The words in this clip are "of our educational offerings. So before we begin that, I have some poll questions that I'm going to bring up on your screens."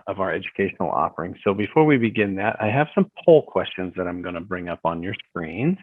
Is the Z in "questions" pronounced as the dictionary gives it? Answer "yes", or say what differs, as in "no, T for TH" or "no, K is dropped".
yes